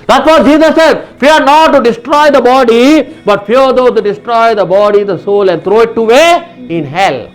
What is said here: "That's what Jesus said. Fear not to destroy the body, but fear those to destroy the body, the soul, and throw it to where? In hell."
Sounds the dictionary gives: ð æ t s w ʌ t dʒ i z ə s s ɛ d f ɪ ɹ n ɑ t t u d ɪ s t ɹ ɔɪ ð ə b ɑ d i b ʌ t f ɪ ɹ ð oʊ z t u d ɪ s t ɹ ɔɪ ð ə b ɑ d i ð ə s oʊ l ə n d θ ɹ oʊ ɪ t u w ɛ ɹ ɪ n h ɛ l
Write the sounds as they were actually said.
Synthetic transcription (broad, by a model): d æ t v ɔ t dʒ i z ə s s ɛ d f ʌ ɹ n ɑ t t u d ɪ s t ɹ ɔɪ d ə b ɑ d i b ʌ t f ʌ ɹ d oʊ t u d ɪ s t ɹ ɔɪ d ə b ɑ d i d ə s oʊ l ə n d t ɹ oʊ ɪ t u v ɛ ɪ n h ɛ l